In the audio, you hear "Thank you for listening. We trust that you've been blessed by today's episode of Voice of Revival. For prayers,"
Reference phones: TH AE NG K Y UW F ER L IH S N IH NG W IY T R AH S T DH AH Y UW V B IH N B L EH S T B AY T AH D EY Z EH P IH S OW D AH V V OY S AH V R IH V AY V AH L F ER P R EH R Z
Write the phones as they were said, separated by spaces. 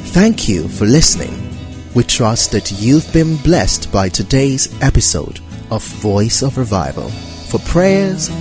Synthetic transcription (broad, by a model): TH AE NG K Y UW F ER L IH S N IH NG W IY T R AH S T DH AH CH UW V B IH N B L EH S T B AY T AH D EY Z EH P IH S OW D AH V V OY S AH V R IH V AY V AH L F ER P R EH R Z